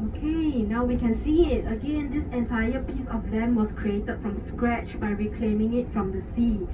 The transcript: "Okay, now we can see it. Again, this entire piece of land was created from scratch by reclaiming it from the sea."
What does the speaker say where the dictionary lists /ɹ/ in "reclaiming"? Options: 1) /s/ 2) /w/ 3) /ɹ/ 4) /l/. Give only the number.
3